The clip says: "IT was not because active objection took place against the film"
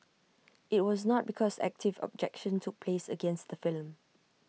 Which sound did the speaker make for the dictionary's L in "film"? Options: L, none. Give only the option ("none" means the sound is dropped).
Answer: L